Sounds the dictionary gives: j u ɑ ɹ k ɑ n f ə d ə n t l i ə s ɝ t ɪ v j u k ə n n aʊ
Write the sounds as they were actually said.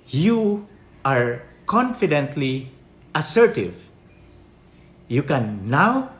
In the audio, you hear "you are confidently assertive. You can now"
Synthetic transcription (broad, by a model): j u ɑ ɹ k ɑ n f ə d ə n t l i ə s ɝ t ɪ v j u k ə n n aʊ